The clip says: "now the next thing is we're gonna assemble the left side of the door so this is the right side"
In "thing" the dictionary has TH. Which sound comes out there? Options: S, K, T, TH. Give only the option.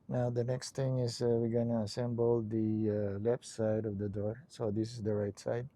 T